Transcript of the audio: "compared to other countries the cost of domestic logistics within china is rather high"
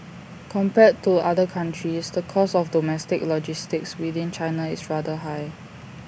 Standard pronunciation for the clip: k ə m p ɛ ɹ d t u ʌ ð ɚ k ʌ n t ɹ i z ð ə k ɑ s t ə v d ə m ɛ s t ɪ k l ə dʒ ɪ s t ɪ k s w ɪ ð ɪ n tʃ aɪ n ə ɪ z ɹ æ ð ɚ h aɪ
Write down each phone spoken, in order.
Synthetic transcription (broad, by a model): k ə m p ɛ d t u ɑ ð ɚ k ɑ n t ɹ i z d ə k ɑ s ə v d ə m ɛ s t ɪ k l ə dʒ ɪ s t ɪ k s w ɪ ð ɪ n tʃ aɪ n ə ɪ s ɹ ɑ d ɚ h aɪ